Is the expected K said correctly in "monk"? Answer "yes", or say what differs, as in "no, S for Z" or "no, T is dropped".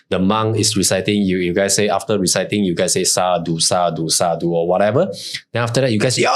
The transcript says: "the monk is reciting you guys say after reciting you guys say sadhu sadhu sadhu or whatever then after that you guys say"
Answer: no, K is dropped